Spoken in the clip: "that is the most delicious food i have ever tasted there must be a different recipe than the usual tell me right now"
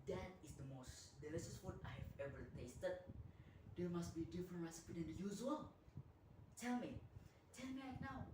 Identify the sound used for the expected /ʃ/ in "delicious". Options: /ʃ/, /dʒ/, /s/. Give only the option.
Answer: /s/